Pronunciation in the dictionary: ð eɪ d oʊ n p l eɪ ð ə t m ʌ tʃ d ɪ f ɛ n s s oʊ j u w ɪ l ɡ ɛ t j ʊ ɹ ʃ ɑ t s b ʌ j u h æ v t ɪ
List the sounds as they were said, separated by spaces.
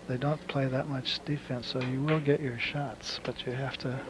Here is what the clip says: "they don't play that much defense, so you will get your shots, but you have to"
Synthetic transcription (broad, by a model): ð eɪ d oʊ n p l eɪ ð ə t m ʌ tʃ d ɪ f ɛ n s s oʊ j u w ɪ l ɡ ɛ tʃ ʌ ɹ ʃ ɑ t s b ʌ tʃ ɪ h æ f t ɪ